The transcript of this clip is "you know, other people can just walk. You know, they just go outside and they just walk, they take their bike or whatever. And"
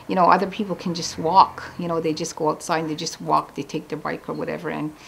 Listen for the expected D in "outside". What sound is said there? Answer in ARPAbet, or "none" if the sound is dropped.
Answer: none